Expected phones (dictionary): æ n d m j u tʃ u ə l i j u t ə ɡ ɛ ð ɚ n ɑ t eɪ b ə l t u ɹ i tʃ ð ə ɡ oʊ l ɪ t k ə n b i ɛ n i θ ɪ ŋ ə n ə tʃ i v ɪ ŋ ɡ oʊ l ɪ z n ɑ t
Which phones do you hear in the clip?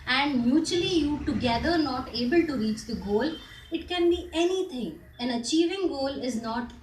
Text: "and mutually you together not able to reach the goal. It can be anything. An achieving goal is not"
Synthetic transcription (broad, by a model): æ n d m j u tʃ u ə l i j u t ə ɡ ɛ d ɚ n ɑ t eɪ b ə l t u ɹ i tʃ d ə ɡ oʊ l ɪ t k ə n b i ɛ n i t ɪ ŋ ə n ə tʃ i v ɪ ŋ ɡ oʊ l ɪ z n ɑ t